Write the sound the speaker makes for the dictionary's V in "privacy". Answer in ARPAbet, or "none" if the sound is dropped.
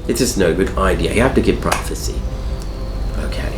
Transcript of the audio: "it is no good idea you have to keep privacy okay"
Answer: F